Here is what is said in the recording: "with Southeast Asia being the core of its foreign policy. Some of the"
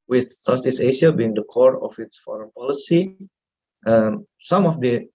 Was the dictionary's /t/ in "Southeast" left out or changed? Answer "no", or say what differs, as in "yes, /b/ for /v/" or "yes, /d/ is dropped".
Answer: yes, /t/ is dropped